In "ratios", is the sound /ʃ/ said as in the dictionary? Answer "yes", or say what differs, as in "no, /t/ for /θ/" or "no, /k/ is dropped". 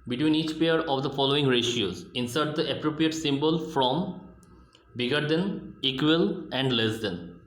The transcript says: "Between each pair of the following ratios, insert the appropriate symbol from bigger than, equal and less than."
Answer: yes